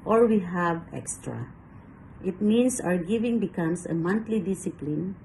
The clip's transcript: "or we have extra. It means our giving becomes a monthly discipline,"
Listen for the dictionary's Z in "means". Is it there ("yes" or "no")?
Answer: no